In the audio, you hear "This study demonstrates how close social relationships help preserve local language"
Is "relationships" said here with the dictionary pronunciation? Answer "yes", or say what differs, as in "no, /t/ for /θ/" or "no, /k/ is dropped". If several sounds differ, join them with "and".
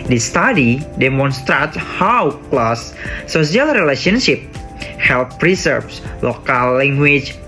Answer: no, /s/ is dropped